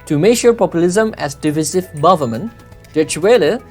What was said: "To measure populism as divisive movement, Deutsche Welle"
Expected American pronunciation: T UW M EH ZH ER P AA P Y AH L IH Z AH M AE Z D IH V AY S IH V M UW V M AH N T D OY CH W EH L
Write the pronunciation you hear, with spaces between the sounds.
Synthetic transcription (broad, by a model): T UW M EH SH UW P AA P Y AH L IH Z AH M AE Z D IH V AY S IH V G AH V M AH N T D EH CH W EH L